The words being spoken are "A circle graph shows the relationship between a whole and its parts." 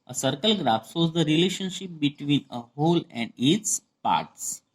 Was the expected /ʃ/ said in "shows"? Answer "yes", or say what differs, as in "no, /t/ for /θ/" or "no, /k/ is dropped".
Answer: no, /s/ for /ʃ/